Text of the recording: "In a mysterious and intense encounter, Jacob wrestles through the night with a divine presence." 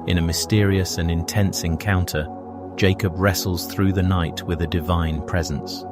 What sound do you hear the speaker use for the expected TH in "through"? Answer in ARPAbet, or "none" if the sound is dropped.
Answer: TH